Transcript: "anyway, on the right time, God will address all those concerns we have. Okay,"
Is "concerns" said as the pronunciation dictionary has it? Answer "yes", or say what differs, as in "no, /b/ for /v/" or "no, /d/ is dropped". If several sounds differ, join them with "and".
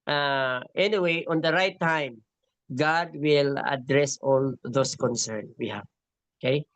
no, /z/ is dropped